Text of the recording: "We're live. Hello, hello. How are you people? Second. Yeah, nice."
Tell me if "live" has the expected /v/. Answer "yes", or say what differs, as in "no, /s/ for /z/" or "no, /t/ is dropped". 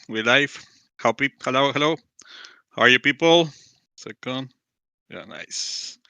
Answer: no, /p/ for /v/